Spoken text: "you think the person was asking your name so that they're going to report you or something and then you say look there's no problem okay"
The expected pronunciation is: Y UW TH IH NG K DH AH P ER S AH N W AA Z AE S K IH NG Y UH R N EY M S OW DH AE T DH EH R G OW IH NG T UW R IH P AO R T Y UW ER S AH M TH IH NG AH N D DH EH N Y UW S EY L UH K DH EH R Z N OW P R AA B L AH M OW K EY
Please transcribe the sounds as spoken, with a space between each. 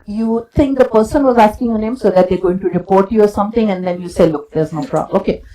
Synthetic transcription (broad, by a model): Y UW T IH NG K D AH P ER S AH N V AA Z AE S K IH NG Y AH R N EY M S OW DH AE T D EH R G OW IH NG T UW R IH P AO R T Y UW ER S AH M T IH NG AH N D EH N Y UW S EY L UH K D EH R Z N OW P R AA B OW K EY